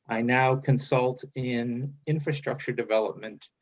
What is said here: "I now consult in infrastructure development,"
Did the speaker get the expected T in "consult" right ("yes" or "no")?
yes